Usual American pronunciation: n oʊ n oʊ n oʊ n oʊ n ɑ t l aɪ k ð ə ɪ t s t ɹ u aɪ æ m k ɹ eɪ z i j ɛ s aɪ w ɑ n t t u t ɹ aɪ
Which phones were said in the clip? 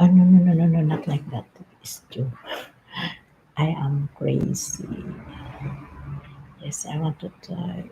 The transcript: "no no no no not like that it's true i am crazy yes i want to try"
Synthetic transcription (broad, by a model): n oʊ n oʊ n oʊ n oʊ n ɑ t l aɪ k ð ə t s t u aɪ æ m k ɹ eɪ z i j ɛ s aɪ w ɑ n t t u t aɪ